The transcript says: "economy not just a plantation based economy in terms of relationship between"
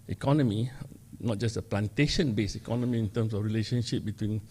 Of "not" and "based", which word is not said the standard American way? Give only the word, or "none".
based